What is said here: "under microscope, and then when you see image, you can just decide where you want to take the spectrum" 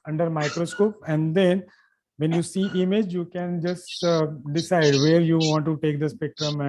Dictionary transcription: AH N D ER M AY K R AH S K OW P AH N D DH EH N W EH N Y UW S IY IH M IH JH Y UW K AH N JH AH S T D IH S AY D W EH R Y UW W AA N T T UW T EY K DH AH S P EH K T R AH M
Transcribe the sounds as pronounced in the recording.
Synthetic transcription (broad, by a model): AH N D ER M AY K R AH S K OW P AH N D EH N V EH N Y UW S IY IH M IH JH Y UW K AH N JH AH S T D IH S AY D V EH R Y UW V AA N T T UW T EY K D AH S P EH K T R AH M